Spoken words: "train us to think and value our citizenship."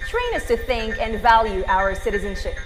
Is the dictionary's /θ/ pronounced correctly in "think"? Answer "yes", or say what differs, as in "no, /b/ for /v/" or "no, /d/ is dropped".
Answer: yes